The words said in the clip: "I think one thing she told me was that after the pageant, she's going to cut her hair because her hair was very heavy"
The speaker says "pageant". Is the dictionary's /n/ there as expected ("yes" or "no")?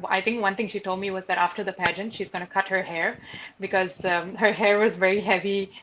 yes